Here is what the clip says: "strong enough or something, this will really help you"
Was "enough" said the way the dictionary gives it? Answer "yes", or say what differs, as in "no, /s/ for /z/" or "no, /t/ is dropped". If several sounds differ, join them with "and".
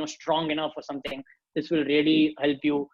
yes